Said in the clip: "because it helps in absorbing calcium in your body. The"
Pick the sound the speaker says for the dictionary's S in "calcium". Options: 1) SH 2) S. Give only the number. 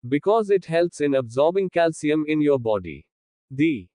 2